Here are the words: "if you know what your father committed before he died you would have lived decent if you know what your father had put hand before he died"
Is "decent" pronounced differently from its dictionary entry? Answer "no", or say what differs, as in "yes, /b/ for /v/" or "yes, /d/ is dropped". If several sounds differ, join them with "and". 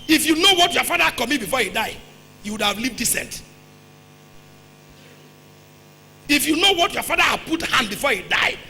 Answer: no